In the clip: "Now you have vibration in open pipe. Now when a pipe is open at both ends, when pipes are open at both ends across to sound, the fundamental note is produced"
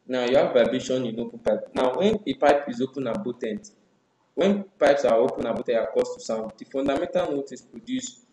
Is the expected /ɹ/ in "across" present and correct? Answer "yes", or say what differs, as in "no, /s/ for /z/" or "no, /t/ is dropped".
no, /ɹ/ is dropped